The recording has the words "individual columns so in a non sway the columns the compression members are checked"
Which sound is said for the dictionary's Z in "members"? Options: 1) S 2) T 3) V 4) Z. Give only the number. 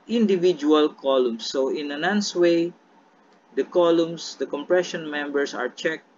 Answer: 1